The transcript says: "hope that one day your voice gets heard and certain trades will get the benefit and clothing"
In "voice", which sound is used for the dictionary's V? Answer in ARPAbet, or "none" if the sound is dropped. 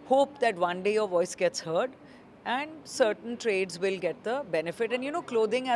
V